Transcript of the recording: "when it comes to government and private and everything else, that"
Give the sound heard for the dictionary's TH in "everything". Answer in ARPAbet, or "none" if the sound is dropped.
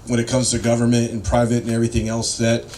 TH